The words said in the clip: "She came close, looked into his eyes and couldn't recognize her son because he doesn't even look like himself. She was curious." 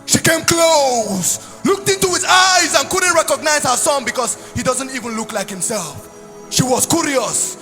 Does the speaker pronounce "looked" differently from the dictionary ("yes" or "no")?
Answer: no